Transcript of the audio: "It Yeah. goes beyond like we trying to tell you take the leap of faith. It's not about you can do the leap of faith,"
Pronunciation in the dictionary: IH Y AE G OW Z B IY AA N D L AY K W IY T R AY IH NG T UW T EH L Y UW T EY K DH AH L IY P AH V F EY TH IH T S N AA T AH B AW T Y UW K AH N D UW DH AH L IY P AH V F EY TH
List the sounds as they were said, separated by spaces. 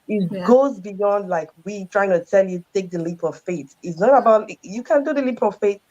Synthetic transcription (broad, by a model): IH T G OW Z B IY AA N D L AY K W IY T R AY IH NG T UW T EH L Y UW T EY K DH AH L IY P AH V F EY T IH T S N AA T AH B AW T Y UW K AH N D UW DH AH L IY P AH V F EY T